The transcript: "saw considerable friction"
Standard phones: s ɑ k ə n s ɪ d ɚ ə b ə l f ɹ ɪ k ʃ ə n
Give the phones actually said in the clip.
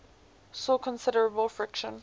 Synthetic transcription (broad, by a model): s ɑ k ə n s ɪ d ɚ ə b ə l f ɹ ɪ k ʃ ə n